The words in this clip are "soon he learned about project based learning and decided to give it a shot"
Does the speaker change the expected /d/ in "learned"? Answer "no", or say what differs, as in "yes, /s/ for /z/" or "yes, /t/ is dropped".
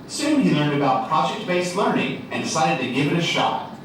no